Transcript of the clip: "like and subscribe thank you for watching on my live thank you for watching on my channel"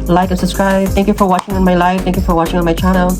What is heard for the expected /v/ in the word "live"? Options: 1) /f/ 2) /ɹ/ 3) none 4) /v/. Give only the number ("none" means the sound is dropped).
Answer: 1